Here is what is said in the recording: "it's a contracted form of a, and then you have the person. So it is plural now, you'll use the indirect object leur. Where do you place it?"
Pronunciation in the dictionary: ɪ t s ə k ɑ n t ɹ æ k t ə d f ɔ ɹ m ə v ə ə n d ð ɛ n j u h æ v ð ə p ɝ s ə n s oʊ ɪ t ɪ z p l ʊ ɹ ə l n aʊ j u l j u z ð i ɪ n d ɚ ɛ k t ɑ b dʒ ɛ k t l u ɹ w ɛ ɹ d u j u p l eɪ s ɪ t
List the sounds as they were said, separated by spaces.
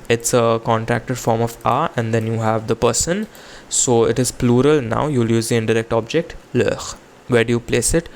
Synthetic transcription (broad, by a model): ɪ t s ə k ɑ n t ɹ æ k t ə d f ɔ ɹ m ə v ə ə n d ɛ n j u h æ v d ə p ɝ s ə n s oʊ ɪ t ɪ z p l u ɹ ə l n aʊ j u l j u z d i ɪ n d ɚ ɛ k t ɑ b dʒ ɛ k t l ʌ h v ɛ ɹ d u j u p l eɪ s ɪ t